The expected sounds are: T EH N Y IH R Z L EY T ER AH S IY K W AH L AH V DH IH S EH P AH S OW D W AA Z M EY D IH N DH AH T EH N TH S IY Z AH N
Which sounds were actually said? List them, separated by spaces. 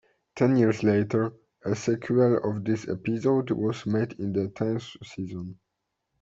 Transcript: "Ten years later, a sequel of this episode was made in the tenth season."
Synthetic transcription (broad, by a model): T EH N Y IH R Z L EY T ER AH S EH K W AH L AH V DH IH S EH P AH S OW D W AA Z M EY D IH N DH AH T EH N S S IY Z AH N